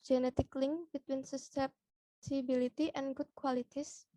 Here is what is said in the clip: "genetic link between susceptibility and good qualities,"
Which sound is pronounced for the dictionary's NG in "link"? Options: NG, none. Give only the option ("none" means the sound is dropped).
NG